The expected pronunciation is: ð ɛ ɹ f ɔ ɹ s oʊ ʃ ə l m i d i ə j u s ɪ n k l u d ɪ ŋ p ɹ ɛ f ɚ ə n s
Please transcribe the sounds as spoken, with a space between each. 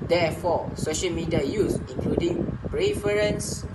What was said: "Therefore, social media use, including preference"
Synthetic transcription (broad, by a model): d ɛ f ɔ s oʊ ʃ ə l m i d i ə j u s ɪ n k l u d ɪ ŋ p ɹ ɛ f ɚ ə n s